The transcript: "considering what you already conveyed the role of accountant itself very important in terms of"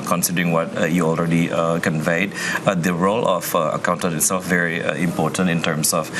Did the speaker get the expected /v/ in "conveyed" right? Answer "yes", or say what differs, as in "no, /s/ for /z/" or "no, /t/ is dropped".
yes